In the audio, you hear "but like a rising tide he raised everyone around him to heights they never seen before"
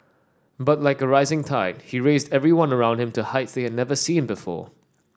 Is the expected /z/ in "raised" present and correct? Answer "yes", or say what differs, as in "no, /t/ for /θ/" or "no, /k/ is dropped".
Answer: yes